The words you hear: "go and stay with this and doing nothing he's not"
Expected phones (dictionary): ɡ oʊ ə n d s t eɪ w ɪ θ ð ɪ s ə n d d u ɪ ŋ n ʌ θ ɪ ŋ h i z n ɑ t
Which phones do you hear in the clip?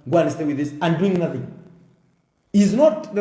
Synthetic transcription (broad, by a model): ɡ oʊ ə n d s t eɪ w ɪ ð ɪ s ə n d d u ɪ ŋ n ʌ θ ɪ ŋ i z n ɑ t